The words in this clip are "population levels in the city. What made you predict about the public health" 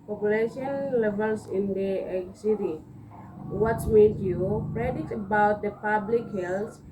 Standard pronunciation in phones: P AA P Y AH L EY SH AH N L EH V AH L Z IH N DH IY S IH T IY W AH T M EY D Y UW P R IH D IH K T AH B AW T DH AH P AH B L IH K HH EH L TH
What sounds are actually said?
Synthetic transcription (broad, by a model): P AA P Y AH L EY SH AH N L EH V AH L S IH N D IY S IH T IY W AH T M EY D Y UW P R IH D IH T AH B AW T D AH P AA B L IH K HH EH L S